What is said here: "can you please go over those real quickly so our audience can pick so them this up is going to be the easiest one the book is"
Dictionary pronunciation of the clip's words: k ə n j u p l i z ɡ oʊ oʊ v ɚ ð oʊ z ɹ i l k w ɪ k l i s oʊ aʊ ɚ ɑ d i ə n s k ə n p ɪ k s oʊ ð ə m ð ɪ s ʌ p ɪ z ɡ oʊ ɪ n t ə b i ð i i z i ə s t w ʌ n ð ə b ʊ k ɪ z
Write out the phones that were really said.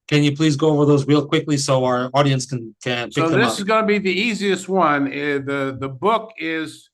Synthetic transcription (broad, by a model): k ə n j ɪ p l i z ɡ oʊ oʊ v ɚ ð oʊ z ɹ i l k w ɪ k l i s oʊ aʊ ɚ ɑ d i ə n s k ə n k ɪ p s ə ð ɪ s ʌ ɪ z ɡ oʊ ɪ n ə b i ð i i z i ə s t w ʌ n ð ə b ʊ k ɪ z